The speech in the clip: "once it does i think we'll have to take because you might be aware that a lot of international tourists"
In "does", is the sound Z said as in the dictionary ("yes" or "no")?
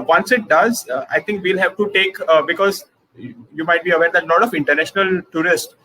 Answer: yes